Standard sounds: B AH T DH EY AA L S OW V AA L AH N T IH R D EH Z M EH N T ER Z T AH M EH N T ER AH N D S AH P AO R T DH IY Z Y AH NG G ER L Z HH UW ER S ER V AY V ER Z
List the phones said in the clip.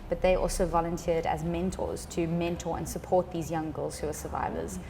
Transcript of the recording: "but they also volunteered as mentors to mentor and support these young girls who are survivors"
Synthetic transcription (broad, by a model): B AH T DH EY AA L S OW V AA L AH N T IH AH D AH Z M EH N T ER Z T AH M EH N T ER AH N S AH P AO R T DH IY Z Y AH NG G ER L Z HH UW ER S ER V AY V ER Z